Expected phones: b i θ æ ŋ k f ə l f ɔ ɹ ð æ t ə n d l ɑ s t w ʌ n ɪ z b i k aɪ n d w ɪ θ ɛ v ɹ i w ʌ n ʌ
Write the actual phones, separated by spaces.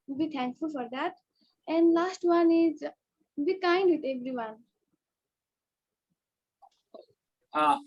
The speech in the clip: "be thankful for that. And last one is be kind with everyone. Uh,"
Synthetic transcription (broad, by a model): b i t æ ŋ k f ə l f ɔ ɹ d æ t ə n d l ɑ s t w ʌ n ɪ z b i k aɪ n d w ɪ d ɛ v ɹ i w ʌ n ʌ